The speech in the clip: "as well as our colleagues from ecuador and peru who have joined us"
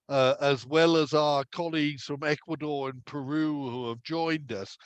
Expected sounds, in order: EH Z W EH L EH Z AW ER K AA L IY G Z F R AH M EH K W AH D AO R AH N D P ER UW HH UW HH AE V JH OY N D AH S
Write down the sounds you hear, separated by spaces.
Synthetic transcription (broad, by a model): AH Z W EH L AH Z AW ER K AA L IY G Z F R AH M EH K W AH D AO R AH N P ER UW HH UW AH V JH OY N D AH S